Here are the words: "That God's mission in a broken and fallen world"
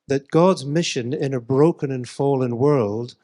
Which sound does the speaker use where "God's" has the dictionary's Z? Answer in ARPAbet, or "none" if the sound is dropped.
Z